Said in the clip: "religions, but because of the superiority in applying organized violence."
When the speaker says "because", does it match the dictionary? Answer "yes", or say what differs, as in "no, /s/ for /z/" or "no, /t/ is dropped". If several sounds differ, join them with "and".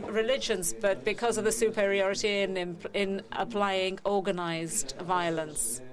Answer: yes